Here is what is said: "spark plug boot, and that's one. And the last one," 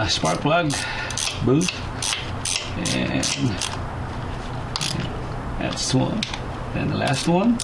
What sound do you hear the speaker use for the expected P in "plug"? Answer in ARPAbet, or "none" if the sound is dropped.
B